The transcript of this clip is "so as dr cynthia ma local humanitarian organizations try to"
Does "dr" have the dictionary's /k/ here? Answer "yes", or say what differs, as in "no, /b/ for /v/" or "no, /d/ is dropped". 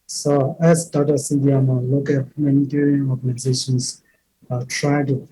no, /k/ is dropped